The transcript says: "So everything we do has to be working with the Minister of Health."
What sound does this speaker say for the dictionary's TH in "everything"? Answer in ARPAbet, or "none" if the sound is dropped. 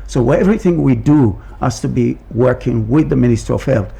TH